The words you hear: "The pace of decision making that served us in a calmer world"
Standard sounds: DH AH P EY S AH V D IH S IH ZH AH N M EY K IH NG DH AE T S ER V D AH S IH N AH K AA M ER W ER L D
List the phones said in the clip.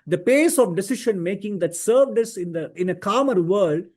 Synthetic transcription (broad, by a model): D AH P EY S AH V D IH S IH SH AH N M EY K IH NG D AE T S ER V D AH S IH N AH K AA M ER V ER L D